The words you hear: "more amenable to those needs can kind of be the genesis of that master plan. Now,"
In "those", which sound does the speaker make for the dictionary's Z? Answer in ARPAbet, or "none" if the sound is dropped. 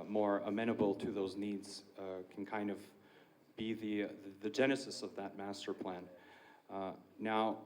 Z